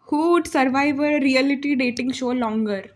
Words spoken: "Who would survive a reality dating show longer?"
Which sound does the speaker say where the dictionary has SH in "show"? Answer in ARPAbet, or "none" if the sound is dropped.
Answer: SH